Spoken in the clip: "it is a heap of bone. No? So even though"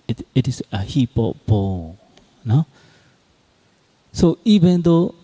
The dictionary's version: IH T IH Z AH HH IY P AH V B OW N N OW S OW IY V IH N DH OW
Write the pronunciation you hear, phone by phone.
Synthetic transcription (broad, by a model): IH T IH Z AH HH IY P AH P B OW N N OW S OW IY V IH N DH OW